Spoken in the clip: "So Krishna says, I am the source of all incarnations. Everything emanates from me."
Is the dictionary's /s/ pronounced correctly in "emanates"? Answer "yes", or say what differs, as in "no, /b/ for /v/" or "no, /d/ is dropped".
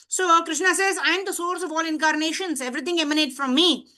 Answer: no, /s/ is dropped